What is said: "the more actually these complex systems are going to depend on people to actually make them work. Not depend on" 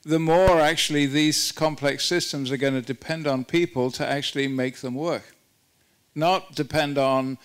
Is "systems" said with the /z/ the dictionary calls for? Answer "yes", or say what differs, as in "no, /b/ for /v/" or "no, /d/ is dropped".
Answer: yes